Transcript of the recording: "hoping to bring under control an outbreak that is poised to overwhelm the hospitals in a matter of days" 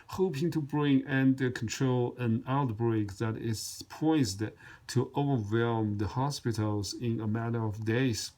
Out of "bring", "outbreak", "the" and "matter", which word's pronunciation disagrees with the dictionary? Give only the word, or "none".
none